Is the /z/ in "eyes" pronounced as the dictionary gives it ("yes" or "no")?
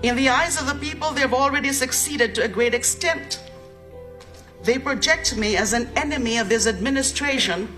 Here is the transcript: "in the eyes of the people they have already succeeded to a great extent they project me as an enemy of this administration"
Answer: yes